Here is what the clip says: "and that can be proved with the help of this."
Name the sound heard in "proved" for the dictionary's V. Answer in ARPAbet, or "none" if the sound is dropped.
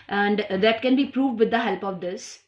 V